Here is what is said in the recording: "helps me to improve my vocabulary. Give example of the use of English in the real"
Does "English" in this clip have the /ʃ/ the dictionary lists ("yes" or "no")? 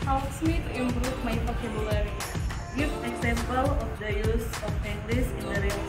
no